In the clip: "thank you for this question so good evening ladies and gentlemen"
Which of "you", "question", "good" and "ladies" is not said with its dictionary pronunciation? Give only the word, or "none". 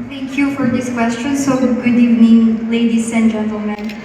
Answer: ladies